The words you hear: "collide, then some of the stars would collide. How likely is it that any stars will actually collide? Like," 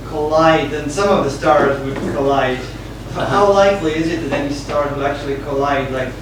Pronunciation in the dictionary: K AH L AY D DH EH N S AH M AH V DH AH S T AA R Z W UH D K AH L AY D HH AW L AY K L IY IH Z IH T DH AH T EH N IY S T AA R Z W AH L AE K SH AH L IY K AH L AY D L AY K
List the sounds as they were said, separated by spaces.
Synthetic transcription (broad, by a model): K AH L AY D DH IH N S AH M AH V DH AH S T AA R Z W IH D K AH L AY D HH AW L AY K L IY IH Z IH T DH AH T EH N IY S T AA R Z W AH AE K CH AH L IY K AH L AY D L AY K